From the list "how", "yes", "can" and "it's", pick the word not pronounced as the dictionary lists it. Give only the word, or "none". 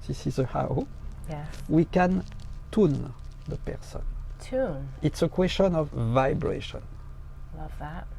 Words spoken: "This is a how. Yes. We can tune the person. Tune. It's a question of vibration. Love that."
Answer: yes